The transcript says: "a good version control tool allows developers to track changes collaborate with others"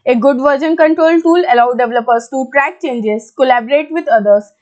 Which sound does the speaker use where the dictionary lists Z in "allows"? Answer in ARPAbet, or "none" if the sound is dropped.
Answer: none